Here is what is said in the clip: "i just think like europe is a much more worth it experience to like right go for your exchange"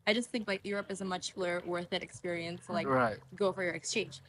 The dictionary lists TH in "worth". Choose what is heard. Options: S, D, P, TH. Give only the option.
TH